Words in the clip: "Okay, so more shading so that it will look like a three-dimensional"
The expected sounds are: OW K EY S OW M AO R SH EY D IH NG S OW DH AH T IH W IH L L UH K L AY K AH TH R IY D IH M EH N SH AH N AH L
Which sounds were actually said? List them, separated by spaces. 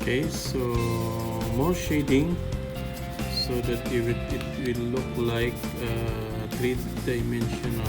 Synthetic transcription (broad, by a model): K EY S OW M AO R SH EY D IH NG S OW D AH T IH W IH W L UH K L AY K AH T R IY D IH M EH N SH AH N